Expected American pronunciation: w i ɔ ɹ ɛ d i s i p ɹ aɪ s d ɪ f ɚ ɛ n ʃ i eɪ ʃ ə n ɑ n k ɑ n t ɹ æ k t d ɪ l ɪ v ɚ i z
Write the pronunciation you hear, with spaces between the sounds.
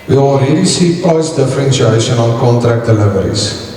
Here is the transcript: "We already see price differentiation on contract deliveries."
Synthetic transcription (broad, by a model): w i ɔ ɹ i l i s i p aɪ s d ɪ f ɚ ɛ n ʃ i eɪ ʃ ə n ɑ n k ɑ n t ɹ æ k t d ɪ l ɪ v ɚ i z